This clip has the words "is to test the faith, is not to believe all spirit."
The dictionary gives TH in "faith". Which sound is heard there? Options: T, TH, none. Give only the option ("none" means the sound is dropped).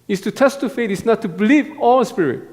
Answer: T